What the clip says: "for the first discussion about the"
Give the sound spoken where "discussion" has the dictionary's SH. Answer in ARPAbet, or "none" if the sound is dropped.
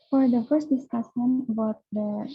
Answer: S